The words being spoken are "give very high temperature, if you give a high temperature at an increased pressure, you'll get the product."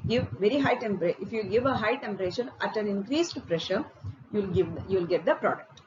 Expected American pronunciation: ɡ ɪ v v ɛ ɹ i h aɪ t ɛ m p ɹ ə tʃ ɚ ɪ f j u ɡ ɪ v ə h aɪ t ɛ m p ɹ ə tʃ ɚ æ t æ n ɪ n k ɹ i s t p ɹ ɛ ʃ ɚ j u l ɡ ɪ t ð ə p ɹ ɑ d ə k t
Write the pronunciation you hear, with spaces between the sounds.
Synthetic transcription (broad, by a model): ɡ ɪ v v ɛ ɹ i h aɪ t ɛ m p ɹ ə ɪ f j u ɡ ɪ v ə h aɪ t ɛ m p ɹ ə ʃ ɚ æ t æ n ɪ n k ɹ i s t p ɹ ɛ ʃ ɚ j u l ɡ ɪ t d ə p ɹ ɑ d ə k t